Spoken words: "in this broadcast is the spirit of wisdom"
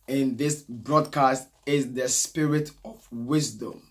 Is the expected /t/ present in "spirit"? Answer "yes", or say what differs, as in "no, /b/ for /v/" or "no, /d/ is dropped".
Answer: yes